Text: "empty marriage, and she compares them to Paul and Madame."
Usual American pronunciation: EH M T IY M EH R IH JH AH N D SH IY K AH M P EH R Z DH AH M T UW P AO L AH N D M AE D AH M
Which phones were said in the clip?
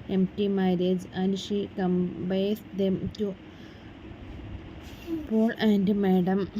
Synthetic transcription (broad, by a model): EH M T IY M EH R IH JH AH N D SH IY K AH M B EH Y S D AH M T UW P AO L AH N D M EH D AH M